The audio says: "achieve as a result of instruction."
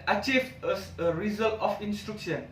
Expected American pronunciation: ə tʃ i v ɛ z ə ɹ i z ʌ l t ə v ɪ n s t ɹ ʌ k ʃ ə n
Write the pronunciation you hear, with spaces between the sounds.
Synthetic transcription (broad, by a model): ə tʃ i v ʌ s ə ɹ i z ʌ l t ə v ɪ n s t ɹ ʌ k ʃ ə n